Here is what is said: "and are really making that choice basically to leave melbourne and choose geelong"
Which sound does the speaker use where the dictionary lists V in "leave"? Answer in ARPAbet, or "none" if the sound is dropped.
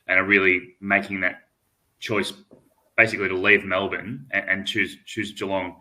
V